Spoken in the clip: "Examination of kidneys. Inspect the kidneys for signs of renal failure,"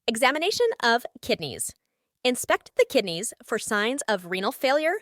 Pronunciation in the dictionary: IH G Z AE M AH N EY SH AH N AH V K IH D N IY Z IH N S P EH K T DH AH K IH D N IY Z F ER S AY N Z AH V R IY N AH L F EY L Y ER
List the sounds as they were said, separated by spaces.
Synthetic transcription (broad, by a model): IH G Z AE M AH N EY SH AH N AH V K IH D N IY Z IH N S P EH K T DH AH K IH D N IY Z F ER S AY N Z AH V R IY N L F EY L Y ER